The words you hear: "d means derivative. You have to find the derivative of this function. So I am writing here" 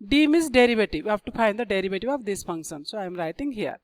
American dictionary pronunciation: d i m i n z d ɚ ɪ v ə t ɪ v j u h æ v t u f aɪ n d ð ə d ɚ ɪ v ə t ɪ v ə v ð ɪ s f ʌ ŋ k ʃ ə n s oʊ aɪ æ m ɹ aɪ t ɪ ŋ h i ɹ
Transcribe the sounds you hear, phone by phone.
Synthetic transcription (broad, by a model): d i m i z d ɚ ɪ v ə t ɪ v j u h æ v t u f aɪ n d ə d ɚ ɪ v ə t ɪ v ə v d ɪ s f ʌ ŋ k ʃ ə n s oʊ aɪ m ɹ aɪ t ɪ ŋ h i ɹ